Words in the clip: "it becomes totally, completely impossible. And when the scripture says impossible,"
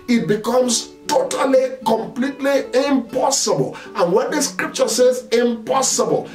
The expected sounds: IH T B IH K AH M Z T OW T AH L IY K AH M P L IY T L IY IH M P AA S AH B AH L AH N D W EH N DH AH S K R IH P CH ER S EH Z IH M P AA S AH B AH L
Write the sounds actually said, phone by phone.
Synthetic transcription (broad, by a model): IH T B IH K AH M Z T OW T AH L IY K AH M P L IY T L IY IH M P AA S AH B AH L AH N W EH N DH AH S K R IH P CH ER S EH Z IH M P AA S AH B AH L